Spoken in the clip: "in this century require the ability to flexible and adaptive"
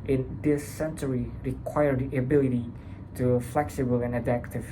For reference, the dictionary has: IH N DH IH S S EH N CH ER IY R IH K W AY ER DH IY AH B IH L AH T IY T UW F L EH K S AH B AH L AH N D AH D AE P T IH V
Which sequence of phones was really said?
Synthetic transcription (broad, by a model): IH N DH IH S S EH N CH ER IY R IH K W AY ER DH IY AH B IH L AH T IY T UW F L EH K S AH B AH L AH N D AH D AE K T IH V